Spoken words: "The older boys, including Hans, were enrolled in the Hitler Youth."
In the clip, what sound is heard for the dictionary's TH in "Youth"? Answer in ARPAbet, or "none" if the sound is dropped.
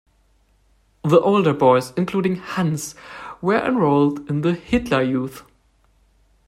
TH